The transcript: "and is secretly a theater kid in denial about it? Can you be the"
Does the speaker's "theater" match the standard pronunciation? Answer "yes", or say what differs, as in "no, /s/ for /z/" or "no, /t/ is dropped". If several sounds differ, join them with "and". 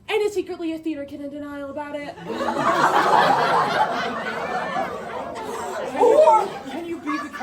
yes